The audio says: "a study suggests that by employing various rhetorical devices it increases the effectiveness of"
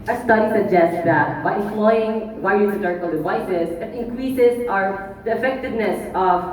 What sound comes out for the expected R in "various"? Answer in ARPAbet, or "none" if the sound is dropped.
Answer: none